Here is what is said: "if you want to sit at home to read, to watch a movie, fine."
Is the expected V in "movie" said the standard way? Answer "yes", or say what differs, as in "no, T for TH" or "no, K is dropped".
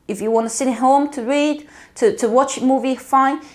yes